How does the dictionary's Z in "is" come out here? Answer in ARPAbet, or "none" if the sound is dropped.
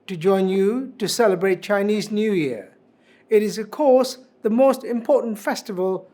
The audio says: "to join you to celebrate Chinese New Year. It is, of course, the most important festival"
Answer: Z